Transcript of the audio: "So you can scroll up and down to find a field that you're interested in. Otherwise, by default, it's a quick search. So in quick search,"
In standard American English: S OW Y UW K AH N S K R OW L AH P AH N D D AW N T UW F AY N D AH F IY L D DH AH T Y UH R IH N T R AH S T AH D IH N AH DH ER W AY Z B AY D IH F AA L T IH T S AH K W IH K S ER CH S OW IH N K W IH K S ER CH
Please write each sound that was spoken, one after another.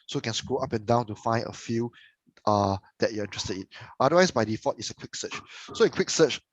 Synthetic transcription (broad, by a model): S OW K AH N S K R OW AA P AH N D D AW N T UW F AY N D AH F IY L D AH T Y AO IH N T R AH S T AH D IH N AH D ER W AY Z B AY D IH F AA T IH T S AH K W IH K S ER CH S OW IH N K W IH K S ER CH